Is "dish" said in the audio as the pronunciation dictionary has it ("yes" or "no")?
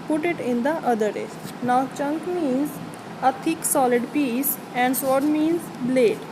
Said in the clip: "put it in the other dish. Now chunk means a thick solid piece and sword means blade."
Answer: no